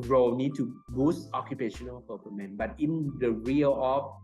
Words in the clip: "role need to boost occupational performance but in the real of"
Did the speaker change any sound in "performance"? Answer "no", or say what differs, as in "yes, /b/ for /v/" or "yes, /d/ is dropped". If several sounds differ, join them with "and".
yes, /s/ is dropped